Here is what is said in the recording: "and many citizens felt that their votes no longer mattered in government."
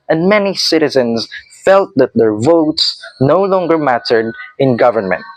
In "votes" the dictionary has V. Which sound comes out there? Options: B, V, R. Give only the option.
V